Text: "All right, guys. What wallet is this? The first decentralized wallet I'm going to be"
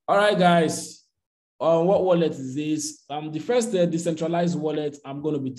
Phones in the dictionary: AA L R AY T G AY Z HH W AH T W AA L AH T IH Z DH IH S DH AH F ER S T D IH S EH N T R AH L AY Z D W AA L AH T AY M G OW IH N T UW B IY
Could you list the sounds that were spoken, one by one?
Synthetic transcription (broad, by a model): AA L R AY T G AY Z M W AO T W AA L AH T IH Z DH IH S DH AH F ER S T D IH S EH N T R AH L AY Z D W AA L AH T AY M G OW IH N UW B IY